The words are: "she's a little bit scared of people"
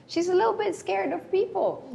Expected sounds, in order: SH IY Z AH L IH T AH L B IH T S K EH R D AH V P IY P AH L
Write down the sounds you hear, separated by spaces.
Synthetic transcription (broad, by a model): SH IY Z AH L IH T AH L B IH T S K EH R D AH V P IY P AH L